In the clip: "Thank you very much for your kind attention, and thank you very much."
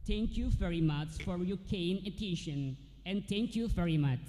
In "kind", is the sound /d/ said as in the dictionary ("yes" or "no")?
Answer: no